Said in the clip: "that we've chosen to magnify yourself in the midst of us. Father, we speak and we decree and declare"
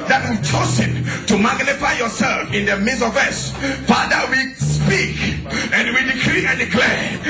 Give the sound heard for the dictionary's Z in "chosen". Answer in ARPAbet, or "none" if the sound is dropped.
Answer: S